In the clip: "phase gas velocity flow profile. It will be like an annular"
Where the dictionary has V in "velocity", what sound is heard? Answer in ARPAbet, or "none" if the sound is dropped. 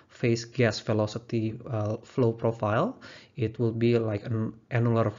F